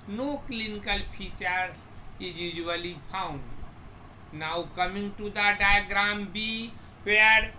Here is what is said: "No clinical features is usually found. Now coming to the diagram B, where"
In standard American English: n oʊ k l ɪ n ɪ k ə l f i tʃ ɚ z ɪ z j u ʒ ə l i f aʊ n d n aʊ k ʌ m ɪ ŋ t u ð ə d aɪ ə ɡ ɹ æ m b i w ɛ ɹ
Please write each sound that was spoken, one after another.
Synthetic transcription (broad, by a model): n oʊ k l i n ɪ k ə l p i tʃ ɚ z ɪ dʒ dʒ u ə l i p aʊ n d n aʊ k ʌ m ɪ ŋ t u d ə d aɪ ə ɡ ɹ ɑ m b i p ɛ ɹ